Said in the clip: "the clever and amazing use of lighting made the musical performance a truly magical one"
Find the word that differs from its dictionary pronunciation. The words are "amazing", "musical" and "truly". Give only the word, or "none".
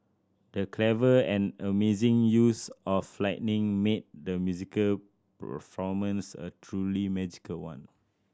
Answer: none